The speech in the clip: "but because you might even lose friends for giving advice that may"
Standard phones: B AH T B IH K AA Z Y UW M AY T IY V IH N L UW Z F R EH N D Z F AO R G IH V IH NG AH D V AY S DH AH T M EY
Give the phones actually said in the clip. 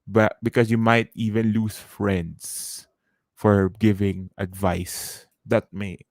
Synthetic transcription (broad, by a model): B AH T B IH K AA S Y UW M AY T IY V IH N L UW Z F R EH N D S F AO R G IH V IH NG AH D V AY S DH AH T M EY